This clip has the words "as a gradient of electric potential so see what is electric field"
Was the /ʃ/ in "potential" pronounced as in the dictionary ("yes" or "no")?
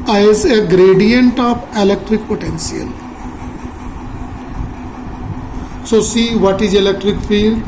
no